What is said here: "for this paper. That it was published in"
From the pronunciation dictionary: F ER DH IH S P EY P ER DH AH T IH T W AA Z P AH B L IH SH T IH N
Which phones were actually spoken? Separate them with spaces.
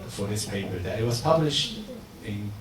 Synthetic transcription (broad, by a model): F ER DH IH S P EY P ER DH AH T IH T W AA Z P AH B L IH SH T IH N